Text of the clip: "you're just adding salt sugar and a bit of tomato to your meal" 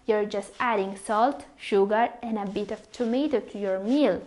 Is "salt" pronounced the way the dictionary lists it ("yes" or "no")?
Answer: yes